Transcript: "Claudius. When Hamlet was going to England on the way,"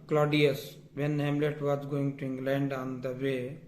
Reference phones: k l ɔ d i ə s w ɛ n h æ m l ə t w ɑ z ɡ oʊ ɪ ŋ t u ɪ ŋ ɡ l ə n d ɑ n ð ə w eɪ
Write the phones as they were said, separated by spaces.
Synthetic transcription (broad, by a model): k l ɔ d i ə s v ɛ n h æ m l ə t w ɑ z ɡ oʊ ɪ ŋ t u ɪ ŋ ɡ l ə n d ɑ n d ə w eɪ